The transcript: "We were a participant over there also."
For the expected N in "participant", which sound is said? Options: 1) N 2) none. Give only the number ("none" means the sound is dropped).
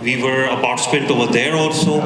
2